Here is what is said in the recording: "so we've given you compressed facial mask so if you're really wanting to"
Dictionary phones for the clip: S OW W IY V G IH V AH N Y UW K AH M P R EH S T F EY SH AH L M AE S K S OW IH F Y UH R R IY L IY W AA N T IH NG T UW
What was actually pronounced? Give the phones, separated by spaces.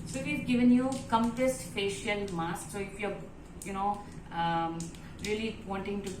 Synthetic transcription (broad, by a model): S OW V IY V G IH V AH N Y UW K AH M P EH S T F EY SH AH L M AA S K S OW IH F Y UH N R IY L IY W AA N T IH NG T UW